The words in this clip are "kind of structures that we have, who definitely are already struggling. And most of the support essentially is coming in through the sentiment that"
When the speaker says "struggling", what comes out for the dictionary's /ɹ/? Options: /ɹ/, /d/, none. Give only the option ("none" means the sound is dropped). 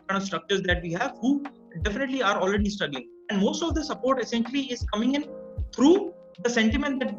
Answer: none